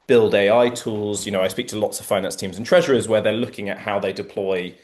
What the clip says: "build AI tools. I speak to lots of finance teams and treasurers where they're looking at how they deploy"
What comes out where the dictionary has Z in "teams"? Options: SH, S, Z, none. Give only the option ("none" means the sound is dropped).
Z